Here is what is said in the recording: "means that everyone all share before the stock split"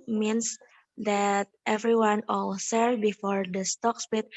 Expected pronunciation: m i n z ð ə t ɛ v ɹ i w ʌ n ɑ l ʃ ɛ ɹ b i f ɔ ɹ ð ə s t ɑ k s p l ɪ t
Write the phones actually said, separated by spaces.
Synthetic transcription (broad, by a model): m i n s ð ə t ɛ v ɹ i w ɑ n ɑ l s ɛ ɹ b i f ɔ ɹ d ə s t ɑ k s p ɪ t